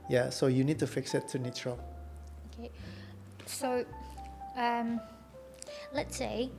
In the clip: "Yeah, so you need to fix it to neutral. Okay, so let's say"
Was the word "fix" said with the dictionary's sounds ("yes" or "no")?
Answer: yes